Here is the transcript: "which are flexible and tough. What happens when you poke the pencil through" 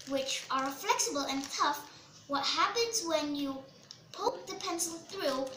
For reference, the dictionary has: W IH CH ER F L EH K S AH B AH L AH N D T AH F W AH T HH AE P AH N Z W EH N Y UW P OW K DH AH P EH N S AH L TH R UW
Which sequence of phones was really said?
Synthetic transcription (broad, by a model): W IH CH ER F L EH K S AH B AH L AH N T AH F W AH T HH AE P AH N Z W EH N Y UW P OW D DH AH P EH N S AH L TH R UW